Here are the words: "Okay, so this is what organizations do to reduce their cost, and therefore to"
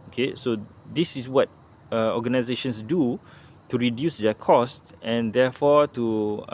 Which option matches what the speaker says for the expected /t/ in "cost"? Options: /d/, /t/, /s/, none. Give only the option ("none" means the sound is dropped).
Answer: /t/